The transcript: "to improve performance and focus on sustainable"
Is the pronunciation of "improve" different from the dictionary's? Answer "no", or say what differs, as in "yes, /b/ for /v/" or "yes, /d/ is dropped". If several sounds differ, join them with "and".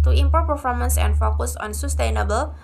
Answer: yes, /ɹ/ is dropped